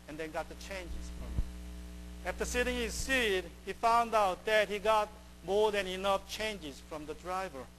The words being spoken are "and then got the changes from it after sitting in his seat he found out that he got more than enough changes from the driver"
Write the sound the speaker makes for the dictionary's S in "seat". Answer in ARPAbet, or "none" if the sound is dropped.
S